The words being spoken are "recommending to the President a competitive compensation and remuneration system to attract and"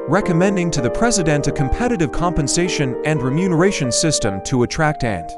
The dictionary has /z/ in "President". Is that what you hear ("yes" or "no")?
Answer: yes